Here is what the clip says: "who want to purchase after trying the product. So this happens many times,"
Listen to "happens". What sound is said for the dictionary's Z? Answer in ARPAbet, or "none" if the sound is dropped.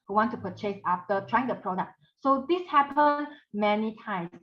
none